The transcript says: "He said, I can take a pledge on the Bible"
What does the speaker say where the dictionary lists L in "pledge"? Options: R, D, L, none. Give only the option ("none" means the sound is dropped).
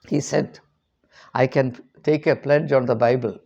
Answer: L